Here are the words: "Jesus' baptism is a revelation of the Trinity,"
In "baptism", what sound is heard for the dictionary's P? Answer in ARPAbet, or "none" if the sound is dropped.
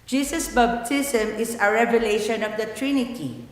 B